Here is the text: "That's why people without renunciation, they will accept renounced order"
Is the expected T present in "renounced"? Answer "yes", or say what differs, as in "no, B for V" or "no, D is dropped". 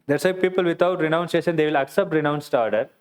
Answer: yes